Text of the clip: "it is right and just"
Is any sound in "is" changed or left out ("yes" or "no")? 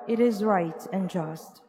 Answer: no